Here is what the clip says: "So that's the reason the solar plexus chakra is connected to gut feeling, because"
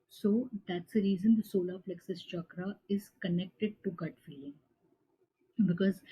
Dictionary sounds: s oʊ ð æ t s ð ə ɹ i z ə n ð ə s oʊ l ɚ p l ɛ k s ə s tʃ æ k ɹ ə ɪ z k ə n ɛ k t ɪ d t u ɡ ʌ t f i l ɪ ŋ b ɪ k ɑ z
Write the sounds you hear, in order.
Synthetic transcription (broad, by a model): s oʊ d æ t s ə ɹ i z ə n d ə s oʊ l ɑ f l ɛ k s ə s tʃ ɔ k ɹ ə ɪ z k ə n ɛ k t ɪ d t u ɡ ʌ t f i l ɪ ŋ b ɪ k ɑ z